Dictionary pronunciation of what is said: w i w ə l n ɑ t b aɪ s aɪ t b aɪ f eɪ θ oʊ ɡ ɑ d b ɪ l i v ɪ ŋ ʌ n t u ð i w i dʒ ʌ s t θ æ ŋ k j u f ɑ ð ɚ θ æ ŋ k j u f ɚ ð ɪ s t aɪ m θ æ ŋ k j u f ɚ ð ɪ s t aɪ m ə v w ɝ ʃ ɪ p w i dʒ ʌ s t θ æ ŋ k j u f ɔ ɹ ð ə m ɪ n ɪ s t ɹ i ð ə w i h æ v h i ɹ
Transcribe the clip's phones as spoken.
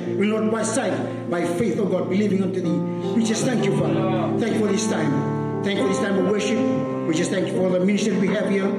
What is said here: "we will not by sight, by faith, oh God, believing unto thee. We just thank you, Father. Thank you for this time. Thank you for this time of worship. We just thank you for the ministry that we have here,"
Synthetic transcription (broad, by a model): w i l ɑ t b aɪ s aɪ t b aɪ f eɪ θ oʊ ɡ ɑ d b ɪ l i v ɪ ŋ ʌ n t u ð i w i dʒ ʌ s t θ æ ŋ k j u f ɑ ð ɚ θ æ ŋ k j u f ɚ ð ɪ s t aɪ m θ æ ŋ k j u f ɚ ð ɪ s t aɪ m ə w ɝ ʃ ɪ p w i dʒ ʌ s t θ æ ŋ k j u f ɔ l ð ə m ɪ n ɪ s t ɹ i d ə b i h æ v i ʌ